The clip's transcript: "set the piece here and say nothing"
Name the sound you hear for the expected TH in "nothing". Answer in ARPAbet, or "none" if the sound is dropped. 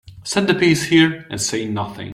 TH